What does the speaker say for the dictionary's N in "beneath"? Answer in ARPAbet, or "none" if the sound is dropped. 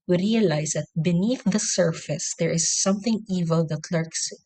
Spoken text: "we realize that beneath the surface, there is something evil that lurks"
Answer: N